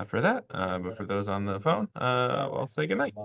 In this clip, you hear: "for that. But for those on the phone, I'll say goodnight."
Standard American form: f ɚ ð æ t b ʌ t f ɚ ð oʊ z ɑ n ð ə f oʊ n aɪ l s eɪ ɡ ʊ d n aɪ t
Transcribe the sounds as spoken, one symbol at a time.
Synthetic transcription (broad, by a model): f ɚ ð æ t b ʌ t f ɚ ð oʊ z n ð ə f oʊ n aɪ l s eɪ ɡ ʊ d n aɪ t